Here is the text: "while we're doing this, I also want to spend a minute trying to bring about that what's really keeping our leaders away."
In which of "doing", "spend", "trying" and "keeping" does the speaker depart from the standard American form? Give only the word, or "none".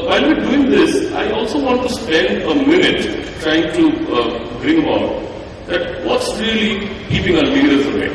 none